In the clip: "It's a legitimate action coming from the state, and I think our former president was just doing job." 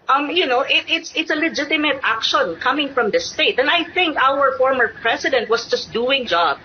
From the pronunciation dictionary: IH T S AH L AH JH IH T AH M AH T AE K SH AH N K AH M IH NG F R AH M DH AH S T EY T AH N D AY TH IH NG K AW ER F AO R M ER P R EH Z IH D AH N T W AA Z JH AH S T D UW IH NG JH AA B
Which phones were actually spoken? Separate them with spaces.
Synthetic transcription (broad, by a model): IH T S AH L AH JH IH T AH M AH T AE K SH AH N K AH M IH NG F R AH M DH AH S T EY T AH N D AY TH IH NG K AW ER F AO R M ER P R EH S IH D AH N T W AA S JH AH S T D UW IH NG JH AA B